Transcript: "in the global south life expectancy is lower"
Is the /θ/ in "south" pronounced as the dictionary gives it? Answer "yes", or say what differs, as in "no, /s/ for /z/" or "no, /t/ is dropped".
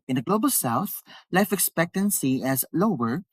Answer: yes